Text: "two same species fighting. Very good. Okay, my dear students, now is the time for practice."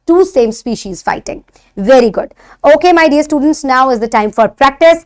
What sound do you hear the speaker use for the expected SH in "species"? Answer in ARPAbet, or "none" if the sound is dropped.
SH